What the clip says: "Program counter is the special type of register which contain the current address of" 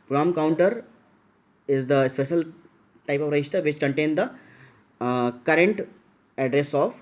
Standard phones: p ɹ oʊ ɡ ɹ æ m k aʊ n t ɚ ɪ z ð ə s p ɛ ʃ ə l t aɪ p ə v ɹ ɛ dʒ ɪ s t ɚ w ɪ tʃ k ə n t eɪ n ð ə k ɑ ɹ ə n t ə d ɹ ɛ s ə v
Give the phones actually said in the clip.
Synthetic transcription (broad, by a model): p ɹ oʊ m k aʊ n t ɚ ɪ z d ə s p ɛ ʃ ə l t aɪ p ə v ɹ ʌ ɪ ʃ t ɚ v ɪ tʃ k ə n t eɪ n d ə k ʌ ɹ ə n t ə d ɹ ɛ s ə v